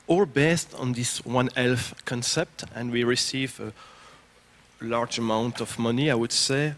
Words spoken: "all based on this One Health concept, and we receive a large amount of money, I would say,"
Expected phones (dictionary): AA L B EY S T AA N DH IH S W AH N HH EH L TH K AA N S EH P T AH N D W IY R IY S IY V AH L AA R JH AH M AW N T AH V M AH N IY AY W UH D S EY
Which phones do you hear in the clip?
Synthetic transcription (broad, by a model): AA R B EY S T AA N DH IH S W AH N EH L F K AA N S EH P T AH N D W IY R IY S IY V AH L AA R JH AH M AW N T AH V M AH N IY AY W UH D S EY